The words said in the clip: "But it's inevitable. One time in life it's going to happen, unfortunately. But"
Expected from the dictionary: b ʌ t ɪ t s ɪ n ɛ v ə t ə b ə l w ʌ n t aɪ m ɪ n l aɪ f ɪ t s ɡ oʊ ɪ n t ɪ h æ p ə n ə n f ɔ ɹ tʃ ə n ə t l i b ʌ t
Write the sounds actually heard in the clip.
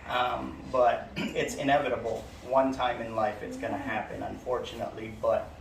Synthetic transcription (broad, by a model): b ʌ t ɪ t s ɪ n ɛ v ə t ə b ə l w ʌ n t aɪ m ɪ n l aɪ f ɪ t s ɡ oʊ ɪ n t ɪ h æ p ə n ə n f ɔ ɹ tʃ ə n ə t l i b ʌ t